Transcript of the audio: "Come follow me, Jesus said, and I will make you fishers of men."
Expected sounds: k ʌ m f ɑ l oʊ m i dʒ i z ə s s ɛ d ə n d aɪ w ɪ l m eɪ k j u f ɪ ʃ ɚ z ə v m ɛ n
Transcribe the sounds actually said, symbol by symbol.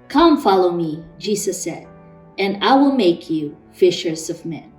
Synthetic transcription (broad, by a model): k ʌ m f ɑ l oʊ m i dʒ i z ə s s ɛ d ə n aɪ w ɪ l m eɪ k j u f ɪ ʃ ɚ z ə v m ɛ n